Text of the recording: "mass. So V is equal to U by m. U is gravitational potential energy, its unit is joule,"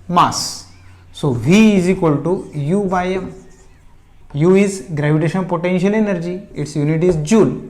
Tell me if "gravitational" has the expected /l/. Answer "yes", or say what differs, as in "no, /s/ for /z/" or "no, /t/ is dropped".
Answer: no, /n/ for /l/